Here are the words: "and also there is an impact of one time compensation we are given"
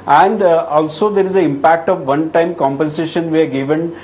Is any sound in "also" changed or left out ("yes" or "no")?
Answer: no